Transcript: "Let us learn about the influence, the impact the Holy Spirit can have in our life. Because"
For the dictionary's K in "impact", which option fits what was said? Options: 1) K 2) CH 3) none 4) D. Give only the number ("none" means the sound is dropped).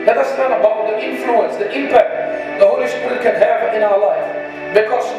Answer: 1